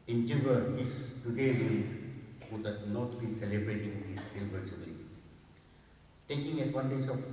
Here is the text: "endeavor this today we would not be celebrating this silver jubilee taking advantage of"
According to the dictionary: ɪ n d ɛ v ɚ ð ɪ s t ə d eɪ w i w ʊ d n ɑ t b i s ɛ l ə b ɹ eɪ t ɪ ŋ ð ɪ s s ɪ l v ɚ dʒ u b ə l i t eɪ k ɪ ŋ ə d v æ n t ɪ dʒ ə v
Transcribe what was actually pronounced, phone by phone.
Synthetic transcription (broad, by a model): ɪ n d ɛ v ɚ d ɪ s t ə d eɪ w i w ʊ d n ɑ t b i s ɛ l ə b ɹ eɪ t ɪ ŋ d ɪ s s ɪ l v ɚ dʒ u ə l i t eɪ k ɪ ŋ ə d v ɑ n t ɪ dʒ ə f